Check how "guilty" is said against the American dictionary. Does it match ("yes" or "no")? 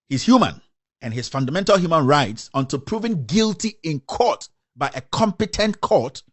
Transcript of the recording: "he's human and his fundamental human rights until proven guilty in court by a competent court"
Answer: yes